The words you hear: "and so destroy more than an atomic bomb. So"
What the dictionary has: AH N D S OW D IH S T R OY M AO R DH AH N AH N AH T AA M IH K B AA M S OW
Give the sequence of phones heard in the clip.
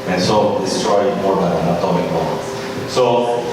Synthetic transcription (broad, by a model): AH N S OW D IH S S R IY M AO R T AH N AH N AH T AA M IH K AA S OW